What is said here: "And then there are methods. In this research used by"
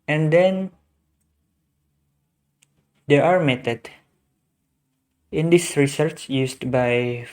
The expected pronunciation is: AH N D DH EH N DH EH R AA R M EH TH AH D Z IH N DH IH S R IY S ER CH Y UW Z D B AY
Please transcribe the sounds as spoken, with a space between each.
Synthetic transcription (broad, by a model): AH N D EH N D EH AA R M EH T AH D IH N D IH S R IY S ER CH Y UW S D B AY